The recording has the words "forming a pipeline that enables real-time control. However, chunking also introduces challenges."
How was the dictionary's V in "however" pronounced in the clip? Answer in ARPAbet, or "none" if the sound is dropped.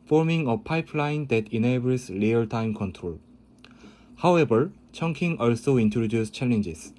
B